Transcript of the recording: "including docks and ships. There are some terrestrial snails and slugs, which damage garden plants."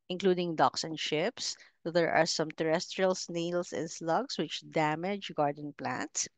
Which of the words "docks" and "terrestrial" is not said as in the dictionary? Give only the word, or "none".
none